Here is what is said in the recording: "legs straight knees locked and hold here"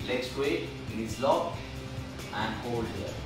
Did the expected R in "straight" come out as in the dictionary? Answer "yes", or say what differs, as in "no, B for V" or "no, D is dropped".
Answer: no, W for R